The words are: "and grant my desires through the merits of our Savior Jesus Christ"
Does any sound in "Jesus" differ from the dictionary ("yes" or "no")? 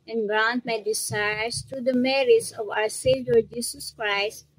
yes